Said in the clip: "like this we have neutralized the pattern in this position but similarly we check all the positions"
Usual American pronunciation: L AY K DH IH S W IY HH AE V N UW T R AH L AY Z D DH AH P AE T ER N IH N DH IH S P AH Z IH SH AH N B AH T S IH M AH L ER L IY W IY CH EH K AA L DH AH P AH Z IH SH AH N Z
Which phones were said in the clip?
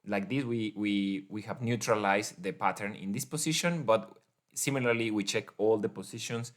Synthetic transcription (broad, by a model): L AY K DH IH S W IY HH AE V N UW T R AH L AY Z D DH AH P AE T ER N IH N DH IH S P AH S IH SH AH N B AH T S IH M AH L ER L IY W IY CH EH K AA L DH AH P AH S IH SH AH N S